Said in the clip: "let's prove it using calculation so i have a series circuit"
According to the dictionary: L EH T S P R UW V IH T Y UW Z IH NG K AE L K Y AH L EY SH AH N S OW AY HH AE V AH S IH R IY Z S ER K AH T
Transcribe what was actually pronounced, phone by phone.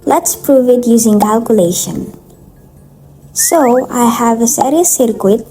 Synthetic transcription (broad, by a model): L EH T S P R UW V IH T Y UW Z IH NG K AE L K Y AH L EY SH AH N S OW AY HH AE V AH S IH R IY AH S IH K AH T